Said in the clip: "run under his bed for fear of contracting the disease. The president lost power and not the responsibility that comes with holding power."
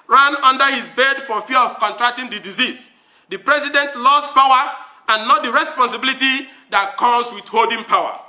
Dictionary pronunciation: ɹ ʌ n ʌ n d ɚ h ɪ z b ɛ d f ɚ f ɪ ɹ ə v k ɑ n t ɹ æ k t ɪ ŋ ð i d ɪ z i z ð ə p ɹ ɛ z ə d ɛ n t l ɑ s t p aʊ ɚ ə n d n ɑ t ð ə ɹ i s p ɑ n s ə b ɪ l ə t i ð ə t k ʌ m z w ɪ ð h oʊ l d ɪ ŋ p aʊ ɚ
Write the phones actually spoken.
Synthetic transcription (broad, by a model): ɹ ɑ n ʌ n d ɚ h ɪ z b ɛ d f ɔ f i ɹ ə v k ɑ n t ɹ æ k t ɪ ŋ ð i d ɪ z i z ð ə p ɹ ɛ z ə d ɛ n t l ɑ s p aʊ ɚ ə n n ɑ t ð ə ɹ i s p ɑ n s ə b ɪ l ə t i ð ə t k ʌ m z w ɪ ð h oʊ l d ɪ ŋ p aʊ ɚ